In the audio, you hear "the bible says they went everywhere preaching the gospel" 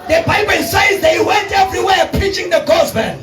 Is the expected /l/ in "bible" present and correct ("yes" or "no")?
no